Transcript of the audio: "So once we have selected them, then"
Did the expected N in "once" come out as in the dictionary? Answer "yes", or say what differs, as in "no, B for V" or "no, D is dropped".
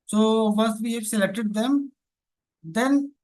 no, N is dropped